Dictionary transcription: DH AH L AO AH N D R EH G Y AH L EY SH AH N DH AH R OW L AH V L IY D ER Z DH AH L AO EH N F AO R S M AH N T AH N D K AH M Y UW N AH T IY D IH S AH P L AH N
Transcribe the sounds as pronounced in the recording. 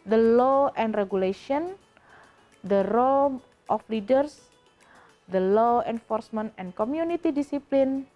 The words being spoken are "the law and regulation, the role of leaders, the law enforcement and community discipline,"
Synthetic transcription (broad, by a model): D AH L AO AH N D R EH G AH L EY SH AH N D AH R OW L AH F L IY D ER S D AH L AO EH N F AO R S M AH N T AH N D K AH M Y UW N AH T IY D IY S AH P L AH N